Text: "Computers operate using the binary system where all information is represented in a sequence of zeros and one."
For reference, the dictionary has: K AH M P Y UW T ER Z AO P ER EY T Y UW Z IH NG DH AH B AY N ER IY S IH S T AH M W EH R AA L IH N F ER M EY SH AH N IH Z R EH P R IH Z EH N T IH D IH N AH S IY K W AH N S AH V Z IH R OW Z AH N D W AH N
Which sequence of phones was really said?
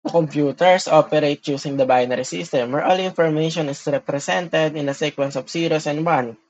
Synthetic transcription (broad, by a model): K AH M P Y UW T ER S AO P ER EY T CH UW S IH NG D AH B AY N ER IY S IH S T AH M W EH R AA L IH N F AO M EY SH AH N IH S R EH P R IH S EH N T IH D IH N AH S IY K W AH N S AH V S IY R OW S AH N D W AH N